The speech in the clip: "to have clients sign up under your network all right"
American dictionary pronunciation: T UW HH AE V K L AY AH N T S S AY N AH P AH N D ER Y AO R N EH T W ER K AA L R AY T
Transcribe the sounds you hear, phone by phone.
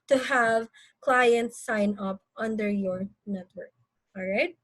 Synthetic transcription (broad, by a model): T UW HH AE V K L AY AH N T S S AY N AH P AH N D ER Y AO R N EH T W ER K AA L R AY T